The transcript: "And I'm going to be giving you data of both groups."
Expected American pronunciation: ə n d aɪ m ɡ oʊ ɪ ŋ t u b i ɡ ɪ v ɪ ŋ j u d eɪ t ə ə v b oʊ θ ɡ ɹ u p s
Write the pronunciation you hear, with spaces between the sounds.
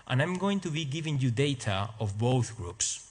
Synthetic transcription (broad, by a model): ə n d aɪ m ɡ oʊ ɪ ŋ t u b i ɡ ɪ v ɪ ŋ j u d eɪ t ə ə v b oʊ θ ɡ ɹ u p s